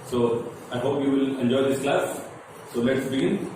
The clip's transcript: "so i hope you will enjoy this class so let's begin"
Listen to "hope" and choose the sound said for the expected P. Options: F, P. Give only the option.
P